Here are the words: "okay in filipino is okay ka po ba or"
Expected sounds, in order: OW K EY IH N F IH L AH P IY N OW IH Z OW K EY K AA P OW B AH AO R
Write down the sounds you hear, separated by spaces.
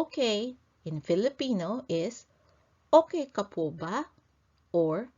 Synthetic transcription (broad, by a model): K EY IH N F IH L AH P IY N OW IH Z OW K EY K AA P OW B AH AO R